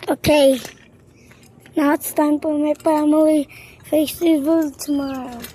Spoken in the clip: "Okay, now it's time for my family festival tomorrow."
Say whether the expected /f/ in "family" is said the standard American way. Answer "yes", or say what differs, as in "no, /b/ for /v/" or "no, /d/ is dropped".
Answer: no, /p/ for /f/